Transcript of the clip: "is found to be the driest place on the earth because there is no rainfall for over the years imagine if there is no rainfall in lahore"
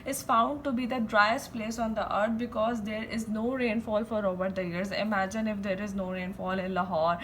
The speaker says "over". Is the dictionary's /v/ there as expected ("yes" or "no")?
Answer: no